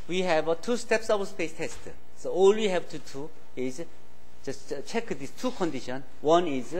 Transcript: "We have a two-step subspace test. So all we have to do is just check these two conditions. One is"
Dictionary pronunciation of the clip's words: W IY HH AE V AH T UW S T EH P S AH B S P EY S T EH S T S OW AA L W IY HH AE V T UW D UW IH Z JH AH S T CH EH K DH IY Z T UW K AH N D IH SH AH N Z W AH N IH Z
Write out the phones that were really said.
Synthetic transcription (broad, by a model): W IY HH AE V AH T UW S T EH P S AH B S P EY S T EH S T S OW AA L W IY HH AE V T UW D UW IH Z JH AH S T CH EH K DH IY S T UW K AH N D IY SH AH N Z W AH N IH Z